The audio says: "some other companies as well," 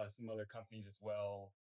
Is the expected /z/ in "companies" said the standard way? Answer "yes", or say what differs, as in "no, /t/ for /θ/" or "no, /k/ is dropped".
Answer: yes